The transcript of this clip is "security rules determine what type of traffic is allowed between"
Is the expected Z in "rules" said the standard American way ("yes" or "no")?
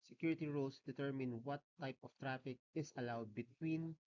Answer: no